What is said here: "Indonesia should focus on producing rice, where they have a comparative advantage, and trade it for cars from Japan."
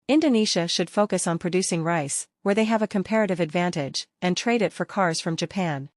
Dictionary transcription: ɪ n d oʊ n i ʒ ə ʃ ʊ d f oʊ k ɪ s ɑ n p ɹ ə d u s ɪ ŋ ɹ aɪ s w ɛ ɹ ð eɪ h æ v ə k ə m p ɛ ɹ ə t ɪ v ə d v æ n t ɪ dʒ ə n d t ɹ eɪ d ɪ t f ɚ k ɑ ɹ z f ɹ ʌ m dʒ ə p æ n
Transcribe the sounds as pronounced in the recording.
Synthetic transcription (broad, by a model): ɪ n d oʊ n i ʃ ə ʃ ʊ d f oʊ k ɪ s n p ɹ ə d u s ɪ ŋ ɹ aɪ s w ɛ ɹ ð eɪ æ v ə k ə m p ɛ ɹ ə t ɪ v ə d v æ n t ɪ dʒ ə n t ɹ eɪ d ɪ t f ɚ k ɑ ɹ z f ɹ ʌ m dʒ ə p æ n